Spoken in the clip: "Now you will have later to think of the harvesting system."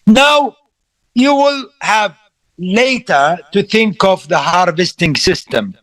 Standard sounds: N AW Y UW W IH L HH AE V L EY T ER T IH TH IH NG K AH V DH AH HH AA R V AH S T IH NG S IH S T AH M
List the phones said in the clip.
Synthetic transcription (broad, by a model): N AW Y UW W IH L HH AE V L EY T ER T IH TH IH NG K AH V DH AH HH AA R V AH S T IH NG S IH S T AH M